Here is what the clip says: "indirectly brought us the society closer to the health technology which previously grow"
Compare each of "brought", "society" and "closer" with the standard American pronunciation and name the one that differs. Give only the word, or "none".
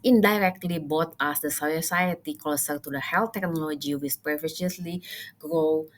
brought